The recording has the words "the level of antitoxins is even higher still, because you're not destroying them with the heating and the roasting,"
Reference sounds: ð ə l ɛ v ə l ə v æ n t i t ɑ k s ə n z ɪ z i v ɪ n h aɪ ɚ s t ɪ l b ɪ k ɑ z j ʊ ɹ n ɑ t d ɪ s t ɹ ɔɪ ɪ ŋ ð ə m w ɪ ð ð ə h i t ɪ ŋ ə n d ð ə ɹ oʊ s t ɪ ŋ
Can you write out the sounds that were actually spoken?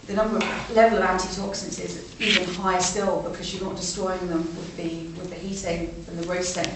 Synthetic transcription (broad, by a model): ð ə l ɛ v ə l ə v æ n t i t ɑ k s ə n s ɪ z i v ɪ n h aɪ s t ɪ l b ɪ k ɑ z j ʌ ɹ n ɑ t d ɪ s t ɹ ɔɪ ɪ ŋ ð ə m w ɪ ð ð ə h i t ɪ ŋ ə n ð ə ɹ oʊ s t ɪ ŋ